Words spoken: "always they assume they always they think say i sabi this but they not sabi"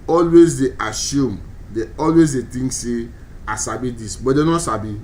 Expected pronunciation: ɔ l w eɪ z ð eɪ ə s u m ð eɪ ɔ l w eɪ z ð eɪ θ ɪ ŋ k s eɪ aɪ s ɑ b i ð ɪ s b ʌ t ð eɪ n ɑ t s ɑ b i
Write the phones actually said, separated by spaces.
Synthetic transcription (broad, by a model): ɔ l w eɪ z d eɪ ə s u m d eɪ ɔ l w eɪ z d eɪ t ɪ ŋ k s eɪ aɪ s ɑ b i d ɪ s b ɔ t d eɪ n ɑ t s ɑ b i